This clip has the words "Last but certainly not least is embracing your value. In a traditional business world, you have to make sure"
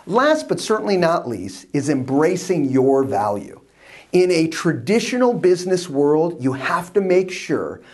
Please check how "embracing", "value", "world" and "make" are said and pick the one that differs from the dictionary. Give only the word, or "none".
none